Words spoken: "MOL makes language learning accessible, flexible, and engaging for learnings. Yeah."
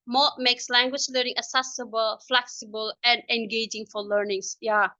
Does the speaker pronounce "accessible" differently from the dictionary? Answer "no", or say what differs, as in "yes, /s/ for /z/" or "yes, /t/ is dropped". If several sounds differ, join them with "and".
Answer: yes, /k/ is dropped